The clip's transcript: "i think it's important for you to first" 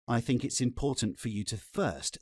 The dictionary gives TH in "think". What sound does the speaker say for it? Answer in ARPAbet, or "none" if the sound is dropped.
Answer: TH